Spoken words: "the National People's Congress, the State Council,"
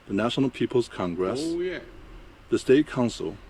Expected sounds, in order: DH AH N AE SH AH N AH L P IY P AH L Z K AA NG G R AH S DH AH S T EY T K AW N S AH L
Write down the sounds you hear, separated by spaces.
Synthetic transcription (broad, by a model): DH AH N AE SH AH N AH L P IY P AH L Z K AA NG G R AH S DH AH S T EY T K AW N S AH L